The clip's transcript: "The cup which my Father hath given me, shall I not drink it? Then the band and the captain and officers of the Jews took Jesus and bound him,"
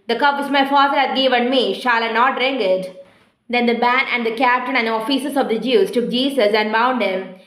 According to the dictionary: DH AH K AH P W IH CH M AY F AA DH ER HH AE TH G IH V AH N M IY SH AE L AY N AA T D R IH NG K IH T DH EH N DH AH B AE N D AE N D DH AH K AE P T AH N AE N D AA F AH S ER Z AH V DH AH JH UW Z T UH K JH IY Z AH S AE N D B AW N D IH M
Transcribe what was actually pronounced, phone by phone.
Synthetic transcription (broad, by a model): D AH K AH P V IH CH M AY F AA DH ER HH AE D G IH V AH N M IY SH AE L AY N AA T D R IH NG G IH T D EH N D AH B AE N AE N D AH K AE P T AH N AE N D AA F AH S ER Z AH V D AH JH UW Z T UH K JH IY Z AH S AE N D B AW N D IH M